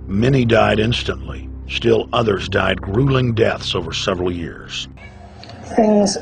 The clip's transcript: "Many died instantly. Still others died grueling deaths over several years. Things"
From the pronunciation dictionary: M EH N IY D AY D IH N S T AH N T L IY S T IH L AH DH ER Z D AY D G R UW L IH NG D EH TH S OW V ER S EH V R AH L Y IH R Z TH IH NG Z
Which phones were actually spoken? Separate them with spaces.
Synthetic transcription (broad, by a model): M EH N IY D AY D IH N S T AH N T L IY S T IH L AH DH ER Z D AY D G R UW L IH NG D EH TH S OW V ER S EH V R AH L Y IH R Z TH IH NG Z